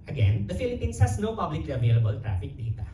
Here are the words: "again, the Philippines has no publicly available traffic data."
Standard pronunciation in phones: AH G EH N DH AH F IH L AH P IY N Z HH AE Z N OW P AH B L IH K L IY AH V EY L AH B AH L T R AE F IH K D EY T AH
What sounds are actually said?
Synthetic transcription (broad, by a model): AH G EH N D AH F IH L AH P IY N S HH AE S N OW P AH B L IH K L IY AH V EY L AH B AH L T R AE F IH K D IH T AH